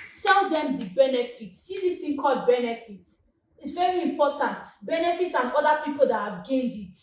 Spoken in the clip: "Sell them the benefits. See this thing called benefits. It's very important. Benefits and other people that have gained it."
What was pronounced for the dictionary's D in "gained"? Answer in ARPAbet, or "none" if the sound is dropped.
D